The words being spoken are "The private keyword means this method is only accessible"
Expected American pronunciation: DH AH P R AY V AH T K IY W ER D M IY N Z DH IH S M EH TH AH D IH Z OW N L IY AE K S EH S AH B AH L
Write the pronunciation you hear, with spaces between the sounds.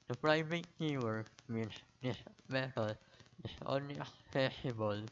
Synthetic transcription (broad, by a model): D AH P R AY V AH T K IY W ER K M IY N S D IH S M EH T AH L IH S OW N L IY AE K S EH S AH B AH L